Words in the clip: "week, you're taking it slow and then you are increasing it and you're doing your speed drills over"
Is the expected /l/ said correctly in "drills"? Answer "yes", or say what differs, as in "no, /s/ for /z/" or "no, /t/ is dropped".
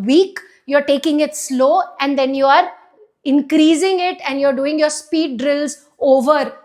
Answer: yes